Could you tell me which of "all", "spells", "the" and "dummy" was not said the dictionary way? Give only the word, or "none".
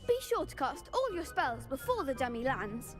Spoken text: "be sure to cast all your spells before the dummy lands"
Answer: none